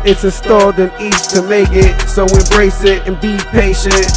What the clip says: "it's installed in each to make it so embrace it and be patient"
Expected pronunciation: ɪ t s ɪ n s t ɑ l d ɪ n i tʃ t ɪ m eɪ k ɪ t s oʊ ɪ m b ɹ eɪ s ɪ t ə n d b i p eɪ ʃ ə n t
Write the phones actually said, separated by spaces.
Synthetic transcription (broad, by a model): ɪ t s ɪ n s t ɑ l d ɪ n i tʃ t ɪ m eɪ k ɪ t s oʊ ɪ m b ɹ eɪ s ɪ t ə n b i p eɪ ʃ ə n t